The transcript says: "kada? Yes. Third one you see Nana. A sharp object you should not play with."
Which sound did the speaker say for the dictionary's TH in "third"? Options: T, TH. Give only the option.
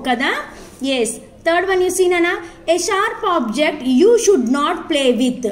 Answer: T